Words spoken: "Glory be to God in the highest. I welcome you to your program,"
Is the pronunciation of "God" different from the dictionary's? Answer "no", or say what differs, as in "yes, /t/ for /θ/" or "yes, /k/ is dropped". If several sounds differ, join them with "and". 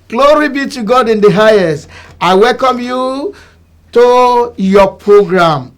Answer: no